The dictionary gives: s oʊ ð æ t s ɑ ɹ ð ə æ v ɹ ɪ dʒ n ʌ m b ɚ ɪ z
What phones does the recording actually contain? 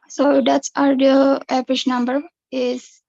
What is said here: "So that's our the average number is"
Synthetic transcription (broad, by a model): s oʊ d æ t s ɑ ɹ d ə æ p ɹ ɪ ʃ n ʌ m b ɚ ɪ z